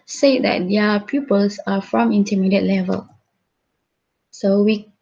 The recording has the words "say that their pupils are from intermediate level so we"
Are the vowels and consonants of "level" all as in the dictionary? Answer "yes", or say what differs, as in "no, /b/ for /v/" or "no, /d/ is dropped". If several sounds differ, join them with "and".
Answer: yes